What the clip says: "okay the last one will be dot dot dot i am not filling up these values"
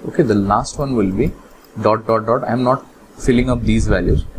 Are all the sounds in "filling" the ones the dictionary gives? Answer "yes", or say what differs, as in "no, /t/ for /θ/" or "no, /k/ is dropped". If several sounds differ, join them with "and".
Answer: yes